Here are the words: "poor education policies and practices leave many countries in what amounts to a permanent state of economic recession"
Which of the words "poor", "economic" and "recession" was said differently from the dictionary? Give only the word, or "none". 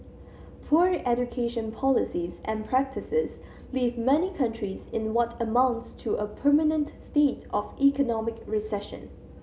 none